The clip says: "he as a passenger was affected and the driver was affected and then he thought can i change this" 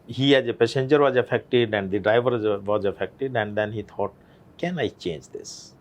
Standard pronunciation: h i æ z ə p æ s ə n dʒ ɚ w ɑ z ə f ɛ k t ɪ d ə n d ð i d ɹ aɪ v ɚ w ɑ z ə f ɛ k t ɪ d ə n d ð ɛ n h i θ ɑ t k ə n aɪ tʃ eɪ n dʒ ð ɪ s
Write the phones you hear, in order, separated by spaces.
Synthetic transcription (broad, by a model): h i æ z ə p æ s ə n dʒ ɚ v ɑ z ə f ɛ k t ɪ d ə n d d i d ɹ aɪ v ɚ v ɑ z ə f ɛ k t ɪ d ə n d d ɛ n h i t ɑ t k ə n aɪ tʃ eɪ n dʒ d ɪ s